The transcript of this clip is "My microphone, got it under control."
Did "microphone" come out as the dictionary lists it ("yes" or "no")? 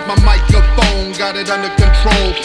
no